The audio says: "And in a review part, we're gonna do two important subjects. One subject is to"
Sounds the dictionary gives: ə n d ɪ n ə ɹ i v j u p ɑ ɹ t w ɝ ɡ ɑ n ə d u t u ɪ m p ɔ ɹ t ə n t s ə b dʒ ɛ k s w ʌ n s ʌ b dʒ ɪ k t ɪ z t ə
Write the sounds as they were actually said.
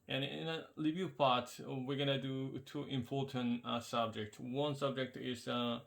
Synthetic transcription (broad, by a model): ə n ɪ n ə l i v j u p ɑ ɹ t w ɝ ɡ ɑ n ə d u t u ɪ m p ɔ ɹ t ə n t s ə b dʒ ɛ k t w ʌ n s ʌ b dʒ ɪ k t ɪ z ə